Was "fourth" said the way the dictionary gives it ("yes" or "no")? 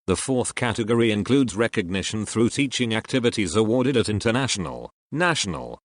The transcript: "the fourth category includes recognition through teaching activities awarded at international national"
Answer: yes